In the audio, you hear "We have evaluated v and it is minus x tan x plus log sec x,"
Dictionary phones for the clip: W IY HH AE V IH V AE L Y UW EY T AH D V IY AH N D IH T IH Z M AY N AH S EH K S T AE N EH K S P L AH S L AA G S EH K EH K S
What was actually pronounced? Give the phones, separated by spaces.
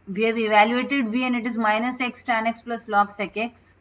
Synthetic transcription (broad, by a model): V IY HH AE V IH V AE L Y UW EY T AH D V IY AH N D IH T IH Z M AY N AH S EH K S T AE N EH K S P L AH S L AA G S EH K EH K S